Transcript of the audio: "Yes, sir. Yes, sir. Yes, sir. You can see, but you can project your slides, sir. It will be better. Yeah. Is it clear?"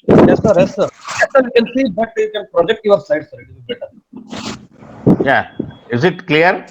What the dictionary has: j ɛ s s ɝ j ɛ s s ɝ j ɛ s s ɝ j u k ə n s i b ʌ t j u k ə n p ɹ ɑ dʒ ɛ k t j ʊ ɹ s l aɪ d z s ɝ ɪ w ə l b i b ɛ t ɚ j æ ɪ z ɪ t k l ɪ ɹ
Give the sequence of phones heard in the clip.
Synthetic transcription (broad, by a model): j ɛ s s ɝ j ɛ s s ɝ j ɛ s s ɝ j u k ə n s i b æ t j u k ə n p ɹ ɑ dʒ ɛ k t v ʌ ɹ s aɪ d s ɝ ɪ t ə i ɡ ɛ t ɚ j æ ɪ z ɪ t k l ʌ ɹ